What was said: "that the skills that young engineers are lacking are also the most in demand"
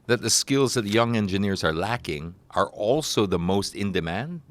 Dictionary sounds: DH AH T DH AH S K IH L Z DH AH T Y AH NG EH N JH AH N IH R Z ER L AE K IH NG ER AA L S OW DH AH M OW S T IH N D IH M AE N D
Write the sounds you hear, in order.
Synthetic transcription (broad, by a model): DH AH T DH AH S K IH L Z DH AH T Y AH NG EH N JH AH N IH R Z ER L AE K IH NG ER AA L S OW DH AH M OW S T IH N D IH M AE N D